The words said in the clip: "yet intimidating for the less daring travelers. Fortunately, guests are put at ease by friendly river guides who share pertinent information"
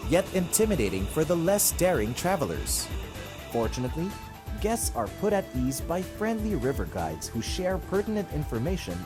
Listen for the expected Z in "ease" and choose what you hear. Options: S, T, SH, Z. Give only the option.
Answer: Z